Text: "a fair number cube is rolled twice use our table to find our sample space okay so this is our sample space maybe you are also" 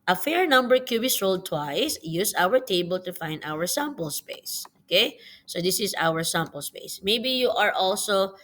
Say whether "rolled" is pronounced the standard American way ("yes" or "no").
yes